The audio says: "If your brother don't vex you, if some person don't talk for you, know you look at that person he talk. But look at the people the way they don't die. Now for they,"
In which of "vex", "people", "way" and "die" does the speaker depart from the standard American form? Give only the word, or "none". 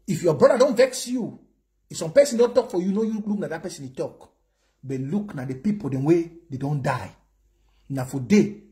none